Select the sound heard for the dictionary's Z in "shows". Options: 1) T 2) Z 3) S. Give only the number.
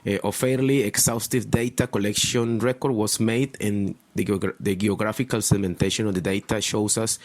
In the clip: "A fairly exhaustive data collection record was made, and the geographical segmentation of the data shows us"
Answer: 3